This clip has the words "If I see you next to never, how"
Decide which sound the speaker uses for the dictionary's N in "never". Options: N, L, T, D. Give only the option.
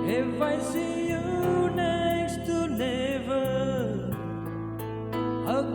L